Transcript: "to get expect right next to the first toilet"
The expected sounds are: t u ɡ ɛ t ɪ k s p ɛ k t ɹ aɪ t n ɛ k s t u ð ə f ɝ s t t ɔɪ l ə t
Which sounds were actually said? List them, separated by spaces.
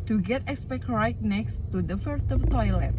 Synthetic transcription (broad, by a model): t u ɡ ɛ t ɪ k s p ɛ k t ɹ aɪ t n ɛ k s t u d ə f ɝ t t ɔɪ l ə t